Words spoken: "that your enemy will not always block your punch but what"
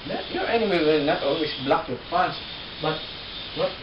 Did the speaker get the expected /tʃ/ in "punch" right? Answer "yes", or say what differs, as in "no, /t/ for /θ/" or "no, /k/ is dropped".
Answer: no, /s/ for /tʃ/